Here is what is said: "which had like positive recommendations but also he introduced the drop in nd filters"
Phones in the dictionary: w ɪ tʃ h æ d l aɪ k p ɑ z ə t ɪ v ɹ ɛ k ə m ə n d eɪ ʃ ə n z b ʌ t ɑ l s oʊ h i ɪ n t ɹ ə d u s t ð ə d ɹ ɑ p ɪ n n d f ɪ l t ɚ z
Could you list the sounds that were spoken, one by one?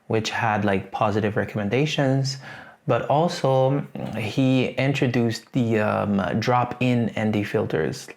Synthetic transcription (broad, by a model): w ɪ tʃ h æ d l aɪ k p ɑ z ə t ɪ v ɹ ɛ k ə m ə n d eɪ ʃ ə n z b ʌ t ɑ l s oʊ h i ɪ n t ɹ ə d u s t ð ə d ɹ ɑ p ɪ n n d f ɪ l t ɚ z